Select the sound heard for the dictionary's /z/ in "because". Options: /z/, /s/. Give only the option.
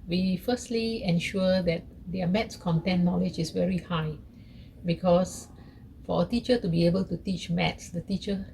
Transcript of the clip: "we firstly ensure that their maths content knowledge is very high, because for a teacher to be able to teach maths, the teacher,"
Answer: /s/